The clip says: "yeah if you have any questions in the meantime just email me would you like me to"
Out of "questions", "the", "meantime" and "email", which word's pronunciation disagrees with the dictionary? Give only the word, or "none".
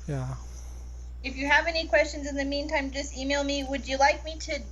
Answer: none